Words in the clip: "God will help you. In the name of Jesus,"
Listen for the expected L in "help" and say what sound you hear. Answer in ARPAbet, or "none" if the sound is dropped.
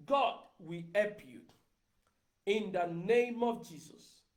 none